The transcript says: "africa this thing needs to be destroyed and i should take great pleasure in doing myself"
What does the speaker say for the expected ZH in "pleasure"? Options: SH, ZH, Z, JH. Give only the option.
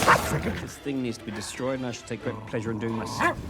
ZH